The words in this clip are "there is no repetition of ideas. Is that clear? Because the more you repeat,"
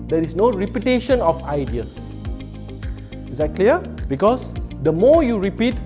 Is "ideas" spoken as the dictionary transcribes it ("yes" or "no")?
no